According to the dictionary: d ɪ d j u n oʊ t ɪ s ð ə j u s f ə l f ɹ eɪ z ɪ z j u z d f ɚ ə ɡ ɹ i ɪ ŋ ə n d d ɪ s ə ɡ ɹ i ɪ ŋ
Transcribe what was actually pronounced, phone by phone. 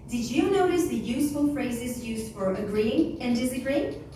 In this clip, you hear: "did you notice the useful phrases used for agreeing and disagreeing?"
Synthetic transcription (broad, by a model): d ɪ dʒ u n oʊ t ɪ s ð ə j u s f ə l f ɹ eɪ z ɪ z j u z d f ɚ ə ɡ ɹ i ɪ ŋ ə n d d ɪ s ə ɡ ɹ i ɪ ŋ